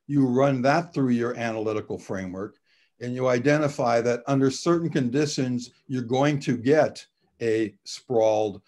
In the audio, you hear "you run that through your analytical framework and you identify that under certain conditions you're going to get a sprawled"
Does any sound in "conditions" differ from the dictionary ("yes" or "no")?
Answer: no